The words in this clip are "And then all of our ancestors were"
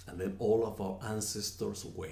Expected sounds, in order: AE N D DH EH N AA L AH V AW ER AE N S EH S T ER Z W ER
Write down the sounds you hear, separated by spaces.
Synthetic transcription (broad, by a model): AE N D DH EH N AA L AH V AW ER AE N S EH S T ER S W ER